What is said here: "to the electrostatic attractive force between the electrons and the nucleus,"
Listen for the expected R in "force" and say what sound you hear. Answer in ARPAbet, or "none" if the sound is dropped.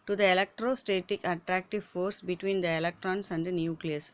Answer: R